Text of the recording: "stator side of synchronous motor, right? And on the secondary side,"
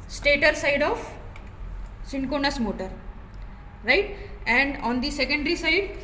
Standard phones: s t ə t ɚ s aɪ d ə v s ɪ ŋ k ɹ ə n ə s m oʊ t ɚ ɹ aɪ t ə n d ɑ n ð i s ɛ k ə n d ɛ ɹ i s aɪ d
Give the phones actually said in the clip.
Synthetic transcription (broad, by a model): s t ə t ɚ s aɪ d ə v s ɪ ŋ k ə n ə s m oʊ t ɚ ɹ aɪ t ə n d ɑ n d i s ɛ k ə n d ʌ ɹ i s aɪ d